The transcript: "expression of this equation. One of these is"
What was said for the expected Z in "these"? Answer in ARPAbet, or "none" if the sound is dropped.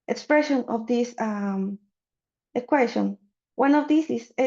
S